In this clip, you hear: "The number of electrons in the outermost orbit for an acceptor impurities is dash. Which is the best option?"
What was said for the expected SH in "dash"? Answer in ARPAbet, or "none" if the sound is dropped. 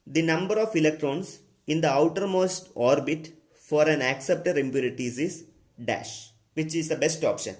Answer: SH